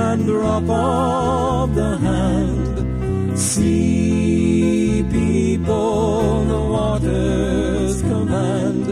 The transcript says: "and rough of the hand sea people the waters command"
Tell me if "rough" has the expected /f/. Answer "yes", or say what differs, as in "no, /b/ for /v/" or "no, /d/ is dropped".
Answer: no, /p/ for /f/